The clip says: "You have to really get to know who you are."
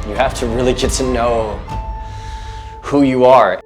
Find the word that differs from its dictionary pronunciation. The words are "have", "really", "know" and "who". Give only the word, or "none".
have